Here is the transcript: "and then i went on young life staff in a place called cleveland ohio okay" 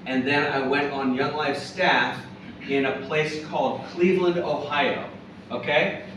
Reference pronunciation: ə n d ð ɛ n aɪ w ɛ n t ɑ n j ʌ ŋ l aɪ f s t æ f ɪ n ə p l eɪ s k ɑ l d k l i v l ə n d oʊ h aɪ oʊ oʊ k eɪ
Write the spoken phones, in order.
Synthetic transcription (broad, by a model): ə n ð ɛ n aɪ w ɛ n t n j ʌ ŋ l aɪ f s t æ f ɪ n ə p l eɪ s k ɑ l d k l i v l ə n d oʊ h aɪ oʊ oʊ k eɪ